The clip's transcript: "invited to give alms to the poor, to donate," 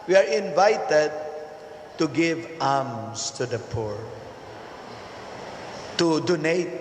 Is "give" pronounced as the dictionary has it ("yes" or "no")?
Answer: yes